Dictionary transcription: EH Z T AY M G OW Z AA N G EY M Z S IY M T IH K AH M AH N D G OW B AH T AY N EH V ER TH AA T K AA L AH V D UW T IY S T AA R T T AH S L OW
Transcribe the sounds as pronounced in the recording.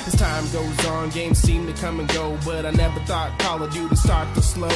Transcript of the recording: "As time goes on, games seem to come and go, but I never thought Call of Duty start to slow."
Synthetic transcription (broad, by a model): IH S T AY M G OW Z N G EY M Z S IY M T IH K AH M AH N G OW B AH T AY N EH V ER TH AA T K AA L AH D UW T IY S T AA R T T AH S L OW